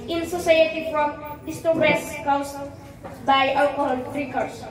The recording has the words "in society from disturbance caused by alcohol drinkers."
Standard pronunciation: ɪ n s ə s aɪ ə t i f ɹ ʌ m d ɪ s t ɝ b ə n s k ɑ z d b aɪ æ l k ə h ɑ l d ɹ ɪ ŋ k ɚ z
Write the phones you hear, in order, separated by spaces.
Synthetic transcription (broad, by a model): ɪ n s ə s aɪ ə t i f ɹ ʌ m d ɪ s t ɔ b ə s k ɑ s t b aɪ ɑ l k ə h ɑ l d ɹ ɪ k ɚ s